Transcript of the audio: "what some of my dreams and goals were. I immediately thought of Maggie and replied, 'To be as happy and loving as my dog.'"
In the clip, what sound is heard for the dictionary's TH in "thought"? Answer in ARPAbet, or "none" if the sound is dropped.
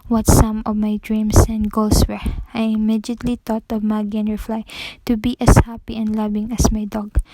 T